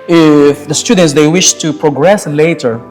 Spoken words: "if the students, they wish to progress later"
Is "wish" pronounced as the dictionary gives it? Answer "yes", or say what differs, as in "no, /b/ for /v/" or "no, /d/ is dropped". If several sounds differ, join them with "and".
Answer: yes